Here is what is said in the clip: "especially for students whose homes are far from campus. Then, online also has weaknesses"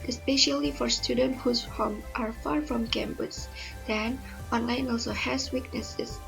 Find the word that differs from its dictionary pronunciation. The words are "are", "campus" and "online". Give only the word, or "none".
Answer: campus